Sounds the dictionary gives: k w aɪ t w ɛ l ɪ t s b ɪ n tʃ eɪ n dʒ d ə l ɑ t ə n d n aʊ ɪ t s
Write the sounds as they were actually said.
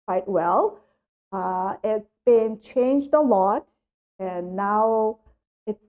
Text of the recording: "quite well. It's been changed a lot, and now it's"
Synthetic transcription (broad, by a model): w aɪ t w ɛ l ɪ t s b ɪ n tʃ eɪ n dʒ d ə l ɑ t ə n n aʊ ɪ t s